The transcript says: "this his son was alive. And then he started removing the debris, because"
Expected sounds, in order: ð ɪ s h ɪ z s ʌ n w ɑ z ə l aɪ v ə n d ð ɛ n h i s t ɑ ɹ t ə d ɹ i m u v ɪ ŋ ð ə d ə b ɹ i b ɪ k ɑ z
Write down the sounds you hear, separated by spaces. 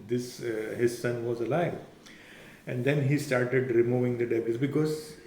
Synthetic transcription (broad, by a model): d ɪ s h ɪ z s ʌ n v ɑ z ə l aɪ v ə n d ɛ n h i s t ɑ ɹ t ə d ɹ i m u v ɪ ŋ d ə d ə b i b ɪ k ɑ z